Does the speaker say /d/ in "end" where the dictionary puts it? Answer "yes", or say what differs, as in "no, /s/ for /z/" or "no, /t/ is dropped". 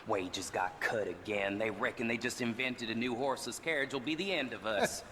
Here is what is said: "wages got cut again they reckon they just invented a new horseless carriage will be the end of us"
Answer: yes